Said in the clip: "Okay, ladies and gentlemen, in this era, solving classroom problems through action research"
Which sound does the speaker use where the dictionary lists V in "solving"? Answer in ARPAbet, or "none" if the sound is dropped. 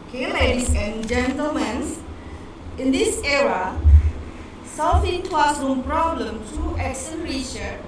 F